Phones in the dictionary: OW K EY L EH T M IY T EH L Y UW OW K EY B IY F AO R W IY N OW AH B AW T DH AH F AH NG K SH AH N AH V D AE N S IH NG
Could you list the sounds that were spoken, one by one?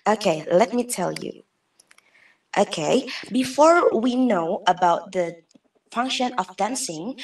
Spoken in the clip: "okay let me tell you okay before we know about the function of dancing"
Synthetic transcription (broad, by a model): OW K EY L EH T M IY T EH L Y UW OW K EY B IY F AO R W IY N OW AH B AW T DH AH F AH NG K SH AH N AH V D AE N S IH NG